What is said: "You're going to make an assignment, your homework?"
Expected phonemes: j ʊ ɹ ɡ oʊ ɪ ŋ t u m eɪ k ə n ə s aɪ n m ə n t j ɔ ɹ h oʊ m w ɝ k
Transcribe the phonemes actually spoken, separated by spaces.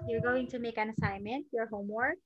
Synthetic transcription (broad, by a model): j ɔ ɹ ɡ oʊ ɪ ŋ t u m eɪ k ə n ə s aɪ n m ə n t j ɔ ɹ h oʊ m w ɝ k